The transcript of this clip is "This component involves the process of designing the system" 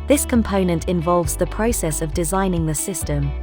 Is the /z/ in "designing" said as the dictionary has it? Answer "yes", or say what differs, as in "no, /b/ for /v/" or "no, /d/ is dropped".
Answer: yes